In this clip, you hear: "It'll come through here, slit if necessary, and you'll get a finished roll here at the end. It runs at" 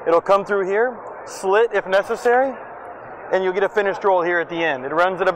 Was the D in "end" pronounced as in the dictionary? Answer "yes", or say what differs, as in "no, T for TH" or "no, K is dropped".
yes